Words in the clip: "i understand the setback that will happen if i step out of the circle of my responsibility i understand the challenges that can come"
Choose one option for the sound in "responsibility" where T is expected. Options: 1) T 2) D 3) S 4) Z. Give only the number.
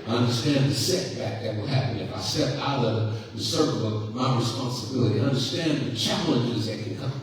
1